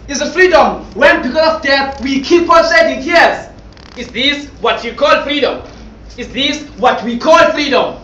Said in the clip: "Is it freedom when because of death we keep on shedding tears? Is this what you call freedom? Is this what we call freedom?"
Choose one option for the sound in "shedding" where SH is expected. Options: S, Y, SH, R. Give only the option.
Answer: S